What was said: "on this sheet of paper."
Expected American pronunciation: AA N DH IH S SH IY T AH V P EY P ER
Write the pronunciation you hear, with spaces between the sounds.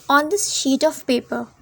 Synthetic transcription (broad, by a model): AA N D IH S SH IY T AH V P EY P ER